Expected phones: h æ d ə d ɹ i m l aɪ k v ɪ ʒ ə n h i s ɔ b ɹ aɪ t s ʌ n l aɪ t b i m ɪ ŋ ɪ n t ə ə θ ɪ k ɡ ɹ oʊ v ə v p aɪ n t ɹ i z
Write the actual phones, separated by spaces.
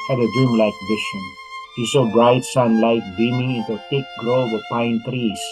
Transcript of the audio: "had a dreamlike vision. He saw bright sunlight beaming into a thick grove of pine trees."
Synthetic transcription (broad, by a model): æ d ə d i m l aɪ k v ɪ ʃ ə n h i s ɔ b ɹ aɪ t s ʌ n l aɪ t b i m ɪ ŋ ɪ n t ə ə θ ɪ k ɡ ɹ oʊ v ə p aɪ n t ɹ i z